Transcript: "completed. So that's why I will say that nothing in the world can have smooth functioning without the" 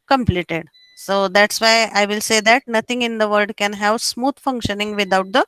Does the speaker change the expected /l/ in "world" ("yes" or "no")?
yes